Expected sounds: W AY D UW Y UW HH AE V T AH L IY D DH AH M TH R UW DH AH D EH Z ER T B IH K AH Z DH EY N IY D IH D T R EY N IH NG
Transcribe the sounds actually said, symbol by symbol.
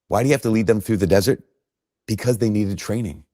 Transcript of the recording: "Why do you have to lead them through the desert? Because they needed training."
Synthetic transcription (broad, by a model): W AY D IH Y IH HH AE F T AH L IY D DH AH M TH R UW DH AH D EH Z ER T B IH K AH Z DH EY N IY D IH D T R EY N IH NG